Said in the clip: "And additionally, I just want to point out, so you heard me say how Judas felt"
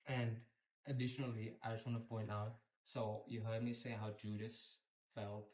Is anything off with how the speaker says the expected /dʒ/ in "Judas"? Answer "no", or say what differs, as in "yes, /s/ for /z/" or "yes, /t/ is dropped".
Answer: no